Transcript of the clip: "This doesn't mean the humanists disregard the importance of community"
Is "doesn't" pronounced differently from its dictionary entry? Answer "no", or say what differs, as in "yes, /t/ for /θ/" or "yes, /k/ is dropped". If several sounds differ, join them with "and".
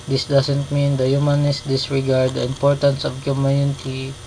yes, /s/ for /z/